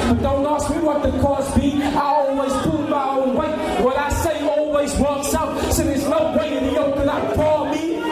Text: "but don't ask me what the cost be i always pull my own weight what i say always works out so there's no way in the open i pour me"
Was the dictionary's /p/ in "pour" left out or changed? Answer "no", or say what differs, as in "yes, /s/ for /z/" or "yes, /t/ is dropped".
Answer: yes, /f/ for /p/